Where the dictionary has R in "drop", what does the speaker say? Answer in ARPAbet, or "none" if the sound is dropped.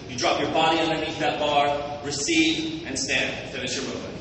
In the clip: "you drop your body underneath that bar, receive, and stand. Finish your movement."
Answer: R